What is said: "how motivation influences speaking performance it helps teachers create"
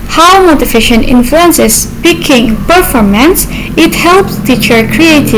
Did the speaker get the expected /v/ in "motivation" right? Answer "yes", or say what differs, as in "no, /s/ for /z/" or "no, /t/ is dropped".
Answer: no, /f/ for /v/